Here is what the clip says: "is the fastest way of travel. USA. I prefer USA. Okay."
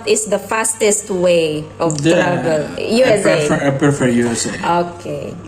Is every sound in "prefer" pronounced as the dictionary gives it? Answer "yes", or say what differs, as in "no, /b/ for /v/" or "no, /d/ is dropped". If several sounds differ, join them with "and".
no, /ɹ/ is dropped